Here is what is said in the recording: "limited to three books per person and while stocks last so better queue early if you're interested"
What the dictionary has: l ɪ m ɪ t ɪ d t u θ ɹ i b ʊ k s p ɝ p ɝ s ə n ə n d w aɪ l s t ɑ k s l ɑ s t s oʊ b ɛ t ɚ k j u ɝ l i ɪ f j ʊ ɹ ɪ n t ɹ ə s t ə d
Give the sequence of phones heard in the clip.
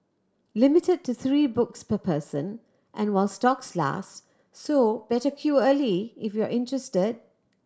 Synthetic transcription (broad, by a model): l ɪ m ɪ t ɪ d t u θ ɹ i b ʊ k s p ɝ p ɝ s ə n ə n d w aɪ l s t ɑ k s l ɑ s t s oʊ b ɛ t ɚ k j u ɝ l i ɪ f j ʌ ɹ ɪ n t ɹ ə s t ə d